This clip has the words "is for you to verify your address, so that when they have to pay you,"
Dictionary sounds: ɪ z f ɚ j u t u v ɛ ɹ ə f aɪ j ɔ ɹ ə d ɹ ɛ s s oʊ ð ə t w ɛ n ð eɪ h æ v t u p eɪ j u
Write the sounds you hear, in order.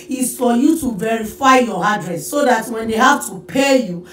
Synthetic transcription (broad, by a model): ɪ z f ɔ j u t u v ɛ ɹ ə f aɪ j ɔ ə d ɹ ɛ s s oʊ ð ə t w ɛ n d eɪ h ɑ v t u p eɪ j u